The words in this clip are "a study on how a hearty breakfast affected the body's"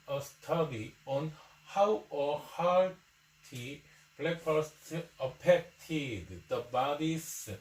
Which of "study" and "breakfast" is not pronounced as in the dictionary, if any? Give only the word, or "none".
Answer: breakfast